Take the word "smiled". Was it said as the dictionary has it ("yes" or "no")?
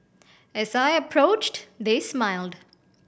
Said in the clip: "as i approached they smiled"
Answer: yes